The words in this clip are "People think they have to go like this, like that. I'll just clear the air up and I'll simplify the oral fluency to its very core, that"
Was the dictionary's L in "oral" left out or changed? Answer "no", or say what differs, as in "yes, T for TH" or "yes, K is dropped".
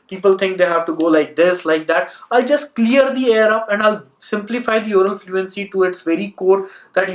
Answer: yes, N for L